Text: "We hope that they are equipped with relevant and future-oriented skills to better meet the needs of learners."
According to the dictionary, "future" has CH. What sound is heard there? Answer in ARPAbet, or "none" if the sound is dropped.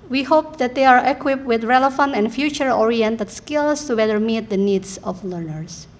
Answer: CH